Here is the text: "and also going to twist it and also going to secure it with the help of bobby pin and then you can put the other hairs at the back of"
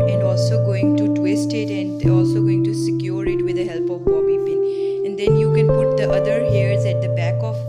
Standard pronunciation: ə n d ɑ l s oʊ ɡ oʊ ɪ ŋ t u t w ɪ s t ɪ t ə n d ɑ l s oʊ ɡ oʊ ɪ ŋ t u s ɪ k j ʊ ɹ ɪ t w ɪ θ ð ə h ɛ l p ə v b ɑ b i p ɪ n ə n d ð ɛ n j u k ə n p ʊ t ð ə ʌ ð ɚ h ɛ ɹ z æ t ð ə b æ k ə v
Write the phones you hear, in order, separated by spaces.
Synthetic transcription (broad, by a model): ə n d ɑ l s oʊ ɡ oʊ ɪ ŋ t u t w ɪ s t ɪ t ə n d ɑ l s oʊ ɡ oʊ ɪ ŋ t u s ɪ k j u ɹ ɪ t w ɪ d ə h ɛ l p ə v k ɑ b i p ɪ ə n d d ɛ n j u k ə n p ʊ t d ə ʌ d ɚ h ɛ ɹ z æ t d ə b æ k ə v